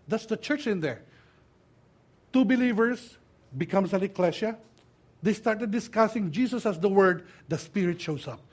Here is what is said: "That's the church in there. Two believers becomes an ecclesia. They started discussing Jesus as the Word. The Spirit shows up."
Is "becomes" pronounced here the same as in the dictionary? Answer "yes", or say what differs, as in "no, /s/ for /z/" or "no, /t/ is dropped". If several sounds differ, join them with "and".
no, /s/ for /z/